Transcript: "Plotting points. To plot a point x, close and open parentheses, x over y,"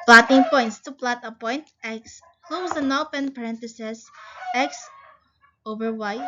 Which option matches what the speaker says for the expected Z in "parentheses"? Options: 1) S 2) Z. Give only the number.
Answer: 1